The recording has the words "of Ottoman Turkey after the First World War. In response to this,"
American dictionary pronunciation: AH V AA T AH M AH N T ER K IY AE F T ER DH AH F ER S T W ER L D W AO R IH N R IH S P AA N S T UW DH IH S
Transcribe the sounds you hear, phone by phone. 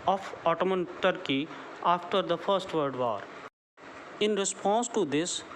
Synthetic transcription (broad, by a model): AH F AA T AH M AH N T ER K IY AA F T ER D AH F ER S T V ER D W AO R IH N R IH S P AA N S T UW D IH S